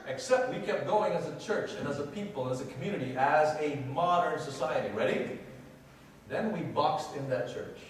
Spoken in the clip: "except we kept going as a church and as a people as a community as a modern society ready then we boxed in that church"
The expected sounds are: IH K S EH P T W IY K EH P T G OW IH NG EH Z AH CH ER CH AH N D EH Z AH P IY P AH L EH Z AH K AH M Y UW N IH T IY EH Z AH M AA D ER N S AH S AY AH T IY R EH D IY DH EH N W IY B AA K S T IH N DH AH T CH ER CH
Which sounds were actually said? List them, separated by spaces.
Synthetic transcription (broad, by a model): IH K S EH P T W IY K EH P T G OW IH NG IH Z AH CH ER CH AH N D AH Z AH P IY P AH L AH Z AH K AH M Y UW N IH T IY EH Z AH M AA D ER N S AH S AY AH T IY R EH D IY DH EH N W IY B AA K S T IH N DH AH T CH ER CH